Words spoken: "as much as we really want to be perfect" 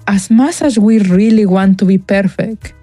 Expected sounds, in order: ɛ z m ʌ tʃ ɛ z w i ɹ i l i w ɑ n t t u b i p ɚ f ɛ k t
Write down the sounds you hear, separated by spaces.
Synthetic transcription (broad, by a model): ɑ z m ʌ s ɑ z w i ɹ i l i w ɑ n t t u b i p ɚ f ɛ k t